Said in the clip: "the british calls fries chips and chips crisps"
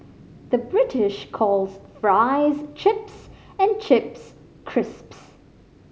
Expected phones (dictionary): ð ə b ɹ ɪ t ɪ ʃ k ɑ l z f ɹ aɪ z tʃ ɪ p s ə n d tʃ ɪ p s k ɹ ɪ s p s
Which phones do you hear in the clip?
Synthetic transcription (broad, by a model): ð ə b ɹ ɪ t ɪ ʃ k ɑ l z f ɹ aɪ z tʃ ɪ p s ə n tʃ ɪ p s k ɹ ɪ s p s